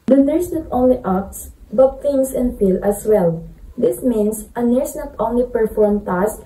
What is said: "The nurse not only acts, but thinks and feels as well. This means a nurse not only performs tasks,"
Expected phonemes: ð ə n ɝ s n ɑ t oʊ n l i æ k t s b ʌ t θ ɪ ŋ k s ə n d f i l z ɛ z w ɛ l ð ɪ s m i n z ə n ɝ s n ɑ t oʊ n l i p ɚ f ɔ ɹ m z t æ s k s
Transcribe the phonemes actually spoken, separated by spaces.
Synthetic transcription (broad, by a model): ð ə n ɝ s n ɑ t oʊ n l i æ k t s b ʌ t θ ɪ ŋ s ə n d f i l ʌ s w ɛ l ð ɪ s m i n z ə n ɝ s n ɑ t oʊ n l i p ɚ f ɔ ɹ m t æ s s